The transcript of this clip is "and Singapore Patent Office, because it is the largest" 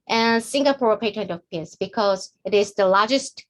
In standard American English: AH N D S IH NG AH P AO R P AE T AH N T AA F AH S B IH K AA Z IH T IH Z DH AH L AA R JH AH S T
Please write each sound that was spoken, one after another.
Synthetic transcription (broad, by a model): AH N S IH NG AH P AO R P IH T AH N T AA P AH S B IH K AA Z IH T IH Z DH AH L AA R JH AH S T